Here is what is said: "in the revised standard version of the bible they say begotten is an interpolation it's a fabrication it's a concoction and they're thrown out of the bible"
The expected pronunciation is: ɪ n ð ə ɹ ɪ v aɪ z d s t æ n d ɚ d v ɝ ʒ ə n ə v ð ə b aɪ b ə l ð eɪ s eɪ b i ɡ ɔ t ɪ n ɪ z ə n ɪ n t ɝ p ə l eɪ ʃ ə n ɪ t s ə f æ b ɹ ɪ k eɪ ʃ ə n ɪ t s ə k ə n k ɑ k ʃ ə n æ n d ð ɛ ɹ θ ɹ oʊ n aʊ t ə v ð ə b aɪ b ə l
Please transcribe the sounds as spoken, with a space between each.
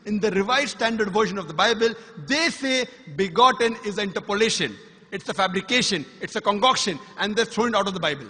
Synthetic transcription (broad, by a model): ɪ n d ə ɹ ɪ v aɪ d s t æ n d ɚ d v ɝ ʃ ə n ə v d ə b aɪ b ə l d eɪ s eɪ b i ɡ ɔ t ɪ n ɪ z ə ɪ n t ɝ p ə l eɪ ʃ ə n ɪ t s ə f æ b ɹ ɪ k eɪ ʃ ə n ɪ t s ə k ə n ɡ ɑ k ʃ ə n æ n d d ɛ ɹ t ɹ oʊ n aʊ t ə v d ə b aɪ b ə l